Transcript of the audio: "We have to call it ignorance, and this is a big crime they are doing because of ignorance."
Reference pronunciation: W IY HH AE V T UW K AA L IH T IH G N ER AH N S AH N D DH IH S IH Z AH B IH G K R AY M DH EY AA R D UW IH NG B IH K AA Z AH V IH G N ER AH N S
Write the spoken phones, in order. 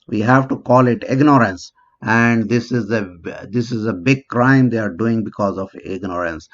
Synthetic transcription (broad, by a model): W IY HH AE V T UW K AA L IH T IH G N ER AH N S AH N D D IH S IH Z AH B IH G K R AY M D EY AA R D UW IH NG B IH K AA Z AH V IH G N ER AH N S